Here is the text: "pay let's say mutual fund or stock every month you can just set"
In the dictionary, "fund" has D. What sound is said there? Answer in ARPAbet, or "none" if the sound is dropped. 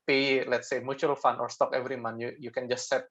none